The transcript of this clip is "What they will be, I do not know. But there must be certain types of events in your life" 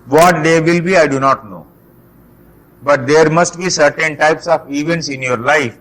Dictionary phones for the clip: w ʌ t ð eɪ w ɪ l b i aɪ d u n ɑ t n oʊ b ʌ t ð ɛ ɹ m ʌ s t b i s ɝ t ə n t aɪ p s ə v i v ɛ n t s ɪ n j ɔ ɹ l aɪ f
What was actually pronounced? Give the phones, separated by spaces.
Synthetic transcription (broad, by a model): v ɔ t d eɪ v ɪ l b i aɪ d u n ɑ t n oʊ b ʌ t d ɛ ɹ m ʌ s t b i s ɝ t ə n t aɪ p s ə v i v ɛ n t s ɪ n j ɔ ɹ l aɪ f